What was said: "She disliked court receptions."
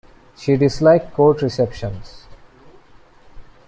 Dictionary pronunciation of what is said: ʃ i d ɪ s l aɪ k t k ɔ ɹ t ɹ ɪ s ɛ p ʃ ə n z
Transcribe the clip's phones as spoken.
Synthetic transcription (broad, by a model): ʃ i d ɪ s l aɪ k k ɔ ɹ t ɹ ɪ s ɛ p ʃ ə n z